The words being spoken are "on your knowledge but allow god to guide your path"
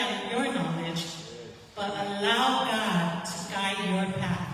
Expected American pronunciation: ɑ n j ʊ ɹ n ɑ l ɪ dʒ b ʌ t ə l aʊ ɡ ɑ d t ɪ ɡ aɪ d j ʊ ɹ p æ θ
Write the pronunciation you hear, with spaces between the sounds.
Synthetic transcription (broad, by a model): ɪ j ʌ ɹ n ɑ l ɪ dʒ b ʌ t ə l aʊ ɡ ɑ d t ɪ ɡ aɪ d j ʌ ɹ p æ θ